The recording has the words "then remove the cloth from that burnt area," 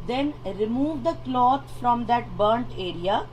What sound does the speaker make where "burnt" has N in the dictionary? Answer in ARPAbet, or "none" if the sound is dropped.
N